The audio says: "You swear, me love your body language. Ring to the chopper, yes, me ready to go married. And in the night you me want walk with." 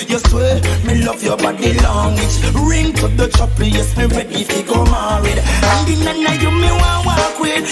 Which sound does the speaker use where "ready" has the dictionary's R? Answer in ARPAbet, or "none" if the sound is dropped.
W